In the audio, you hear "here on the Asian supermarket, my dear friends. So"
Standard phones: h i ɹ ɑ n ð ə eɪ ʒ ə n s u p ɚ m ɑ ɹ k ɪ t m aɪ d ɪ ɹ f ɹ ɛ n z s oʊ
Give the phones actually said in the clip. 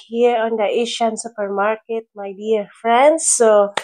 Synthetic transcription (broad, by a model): h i ɹ ɑ n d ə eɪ ʃ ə n s u p ɚ m ɑ ɹ k ɪ t m aɪ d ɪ ɹ f ɹ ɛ n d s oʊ